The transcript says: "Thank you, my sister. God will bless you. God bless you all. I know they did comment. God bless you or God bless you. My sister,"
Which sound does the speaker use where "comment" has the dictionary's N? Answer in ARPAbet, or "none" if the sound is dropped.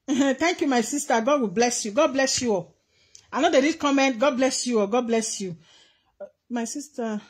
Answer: N